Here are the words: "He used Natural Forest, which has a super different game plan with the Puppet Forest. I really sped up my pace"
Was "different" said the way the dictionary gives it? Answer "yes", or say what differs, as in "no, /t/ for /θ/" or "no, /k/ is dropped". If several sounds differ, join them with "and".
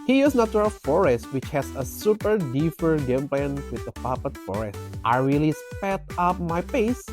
no, /ɹ/ is dropped